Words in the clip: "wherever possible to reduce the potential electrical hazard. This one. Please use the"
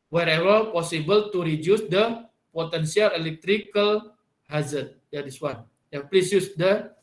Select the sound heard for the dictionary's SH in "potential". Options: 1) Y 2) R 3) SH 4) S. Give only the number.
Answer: 4